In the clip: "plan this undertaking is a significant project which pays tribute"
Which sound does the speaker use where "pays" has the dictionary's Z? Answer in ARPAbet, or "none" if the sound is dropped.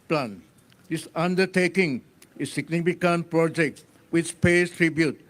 S